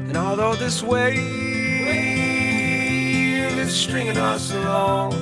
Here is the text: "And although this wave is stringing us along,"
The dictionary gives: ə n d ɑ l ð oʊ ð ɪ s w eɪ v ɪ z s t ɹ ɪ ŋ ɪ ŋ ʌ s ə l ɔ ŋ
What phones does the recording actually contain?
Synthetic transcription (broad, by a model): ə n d ɑ l ð oʊ ð ɪ s w eɪ w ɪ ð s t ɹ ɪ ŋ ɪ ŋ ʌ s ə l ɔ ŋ